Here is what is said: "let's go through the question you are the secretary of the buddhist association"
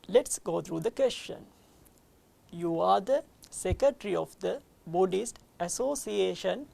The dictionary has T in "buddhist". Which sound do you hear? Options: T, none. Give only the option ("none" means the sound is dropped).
T